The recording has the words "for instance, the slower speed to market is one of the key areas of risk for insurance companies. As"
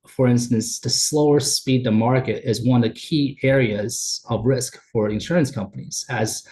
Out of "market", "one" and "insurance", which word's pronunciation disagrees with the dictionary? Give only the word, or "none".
none